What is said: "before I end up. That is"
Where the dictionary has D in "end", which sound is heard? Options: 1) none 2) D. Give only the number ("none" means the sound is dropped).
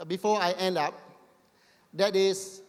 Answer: 2